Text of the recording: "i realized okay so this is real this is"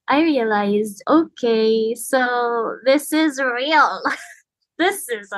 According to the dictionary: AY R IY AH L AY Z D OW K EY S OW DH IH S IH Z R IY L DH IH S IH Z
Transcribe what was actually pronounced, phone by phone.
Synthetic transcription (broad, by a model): AY R IY AH L AY Z D OW K EY S OW DH IH S IH Z R IY L DH IH S IH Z